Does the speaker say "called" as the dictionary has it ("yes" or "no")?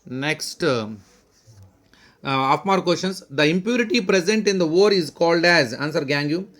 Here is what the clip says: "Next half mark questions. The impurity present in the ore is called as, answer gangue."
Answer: yes